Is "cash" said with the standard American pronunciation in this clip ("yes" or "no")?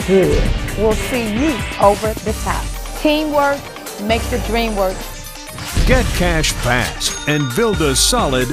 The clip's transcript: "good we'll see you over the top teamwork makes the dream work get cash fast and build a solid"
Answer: yes